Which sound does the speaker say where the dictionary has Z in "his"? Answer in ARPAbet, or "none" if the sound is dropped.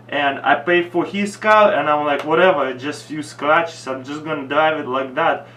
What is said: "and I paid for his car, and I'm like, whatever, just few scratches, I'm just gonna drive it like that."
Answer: S